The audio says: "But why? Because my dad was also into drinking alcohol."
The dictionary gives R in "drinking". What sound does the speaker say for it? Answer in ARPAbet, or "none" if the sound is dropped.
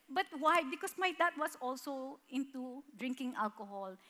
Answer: R